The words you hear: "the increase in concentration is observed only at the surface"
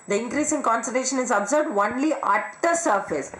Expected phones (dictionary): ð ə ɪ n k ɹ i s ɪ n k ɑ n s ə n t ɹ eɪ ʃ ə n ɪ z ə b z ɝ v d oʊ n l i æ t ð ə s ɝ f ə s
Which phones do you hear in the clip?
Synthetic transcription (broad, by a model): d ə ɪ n k ɹ i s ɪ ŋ k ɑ n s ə t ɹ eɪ ʃ ə n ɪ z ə b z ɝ b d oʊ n l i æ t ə s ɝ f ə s